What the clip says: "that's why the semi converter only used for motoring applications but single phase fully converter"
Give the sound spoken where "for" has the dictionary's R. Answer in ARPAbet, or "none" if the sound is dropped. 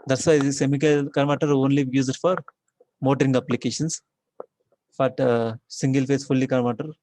R